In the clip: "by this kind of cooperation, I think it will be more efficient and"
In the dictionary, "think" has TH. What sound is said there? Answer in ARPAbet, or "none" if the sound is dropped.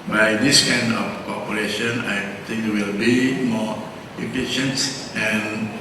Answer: T